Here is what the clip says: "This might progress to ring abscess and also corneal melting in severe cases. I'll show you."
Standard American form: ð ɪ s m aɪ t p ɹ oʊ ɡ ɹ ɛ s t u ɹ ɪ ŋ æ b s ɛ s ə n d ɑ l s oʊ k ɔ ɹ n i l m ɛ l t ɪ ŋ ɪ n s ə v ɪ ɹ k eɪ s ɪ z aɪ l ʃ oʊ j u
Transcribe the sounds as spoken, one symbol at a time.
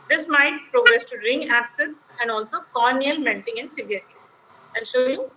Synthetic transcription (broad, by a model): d ɪ s m aɪ t p ɹ oʊ ɡ ɹ ɛ s t u ɹ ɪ ŋ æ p s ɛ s ə n d ɑ l s oʊ k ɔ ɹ n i l m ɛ n t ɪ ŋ ɪ n s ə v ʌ ɹ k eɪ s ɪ ɪ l ʃ oʊ j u